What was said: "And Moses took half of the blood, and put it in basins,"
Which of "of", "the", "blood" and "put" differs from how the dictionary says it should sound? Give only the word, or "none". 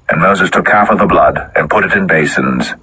none